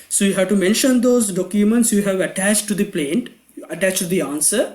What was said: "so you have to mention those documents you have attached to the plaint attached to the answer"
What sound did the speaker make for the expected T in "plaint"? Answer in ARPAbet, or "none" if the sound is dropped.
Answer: T